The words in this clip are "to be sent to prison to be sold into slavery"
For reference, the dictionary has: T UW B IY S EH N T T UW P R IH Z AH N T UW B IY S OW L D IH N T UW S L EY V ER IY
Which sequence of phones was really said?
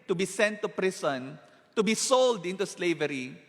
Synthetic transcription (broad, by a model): T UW B IY S EH N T T UW P R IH S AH N T UW B IY S OW L D IH N T UW S L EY V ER IY